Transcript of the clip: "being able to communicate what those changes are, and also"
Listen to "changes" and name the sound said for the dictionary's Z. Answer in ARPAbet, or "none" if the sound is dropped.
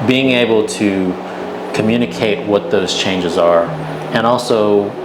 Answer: Z